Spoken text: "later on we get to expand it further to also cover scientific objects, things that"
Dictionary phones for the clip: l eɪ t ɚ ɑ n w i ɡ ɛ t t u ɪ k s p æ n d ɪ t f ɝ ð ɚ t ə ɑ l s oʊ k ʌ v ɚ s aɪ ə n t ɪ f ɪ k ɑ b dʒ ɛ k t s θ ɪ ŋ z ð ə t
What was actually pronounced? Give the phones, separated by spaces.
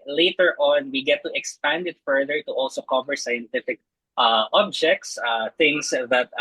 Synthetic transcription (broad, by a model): l eɪ t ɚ ɑ n w i ɡ ɛ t t u ɪ k s p æ n d ɪ t f ɝ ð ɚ t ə ɑ l s oʊ k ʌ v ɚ s aɪ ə n t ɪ f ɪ k ɑ b dʒ ɛ k t s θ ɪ ŋ s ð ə t